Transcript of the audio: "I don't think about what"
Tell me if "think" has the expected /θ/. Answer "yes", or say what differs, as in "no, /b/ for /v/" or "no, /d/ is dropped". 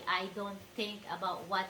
no, /t/ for /θ/